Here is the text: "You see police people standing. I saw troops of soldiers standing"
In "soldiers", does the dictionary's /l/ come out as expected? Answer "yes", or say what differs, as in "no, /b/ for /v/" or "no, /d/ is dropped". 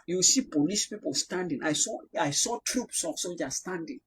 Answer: no, /l/ is dropped